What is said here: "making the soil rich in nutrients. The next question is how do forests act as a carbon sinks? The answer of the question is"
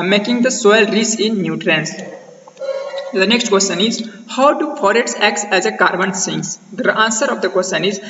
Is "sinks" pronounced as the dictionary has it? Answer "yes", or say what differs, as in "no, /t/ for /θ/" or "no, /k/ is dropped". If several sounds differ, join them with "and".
no, /k/ is dropped